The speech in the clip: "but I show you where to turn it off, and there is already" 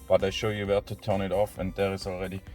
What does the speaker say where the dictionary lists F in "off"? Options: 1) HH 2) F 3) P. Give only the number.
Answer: 2